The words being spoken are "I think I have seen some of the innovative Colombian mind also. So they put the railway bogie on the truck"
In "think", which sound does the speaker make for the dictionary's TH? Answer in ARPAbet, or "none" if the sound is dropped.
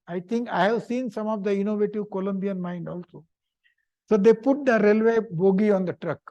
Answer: T